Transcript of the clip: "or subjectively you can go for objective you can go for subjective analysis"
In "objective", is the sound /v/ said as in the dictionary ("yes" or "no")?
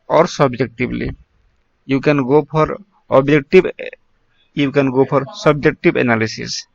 no